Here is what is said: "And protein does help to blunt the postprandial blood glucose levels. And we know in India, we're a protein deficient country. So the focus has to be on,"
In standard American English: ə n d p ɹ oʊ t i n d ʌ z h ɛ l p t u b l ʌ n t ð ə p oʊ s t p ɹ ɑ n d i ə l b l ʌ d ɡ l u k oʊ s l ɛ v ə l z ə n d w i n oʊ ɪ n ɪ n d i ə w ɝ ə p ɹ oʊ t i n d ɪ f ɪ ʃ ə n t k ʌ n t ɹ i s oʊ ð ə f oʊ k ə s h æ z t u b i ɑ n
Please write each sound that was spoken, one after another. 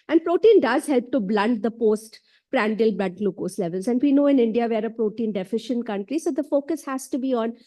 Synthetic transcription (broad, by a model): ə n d p ɹ oʊ t i n d ʌ z h ɛ l p t u b l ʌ n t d ə p oʊ s t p ɹ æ n d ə l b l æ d l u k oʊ s l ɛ v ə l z ə n d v i n oʊ ɪ n ɪ n d i ə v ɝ ə p ɹ oʊ t i n d ɪ f ɪ ʃ ə n t k ʌ n t ɹ i s oʊ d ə f oʊ k ə s h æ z t u b i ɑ n